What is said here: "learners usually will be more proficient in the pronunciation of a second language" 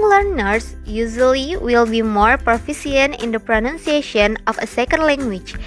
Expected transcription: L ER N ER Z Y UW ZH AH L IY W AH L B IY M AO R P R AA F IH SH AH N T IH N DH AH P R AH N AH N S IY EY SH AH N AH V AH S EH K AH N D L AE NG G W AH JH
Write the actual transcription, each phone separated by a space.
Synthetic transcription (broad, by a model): L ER N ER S Y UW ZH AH L IY W AH L B IY M AO R P R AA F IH S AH N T IH N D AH P R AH N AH N S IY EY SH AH N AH F AH S EH K AH N D L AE NG G W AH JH